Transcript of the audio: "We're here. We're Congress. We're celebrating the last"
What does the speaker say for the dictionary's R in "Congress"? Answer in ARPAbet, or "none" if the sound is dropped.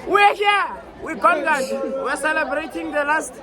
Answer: none